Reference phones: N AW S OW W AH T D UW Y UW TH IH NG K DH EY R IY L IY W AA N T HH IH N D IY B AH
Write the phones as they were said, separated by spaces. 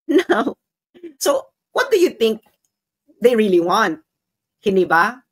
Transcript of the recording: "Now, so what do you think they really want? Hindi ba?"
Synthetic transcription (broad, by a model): N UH S OW W AH T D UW Y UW TH IH NG K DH EY R IY L IY W AA N T HH IH N D IY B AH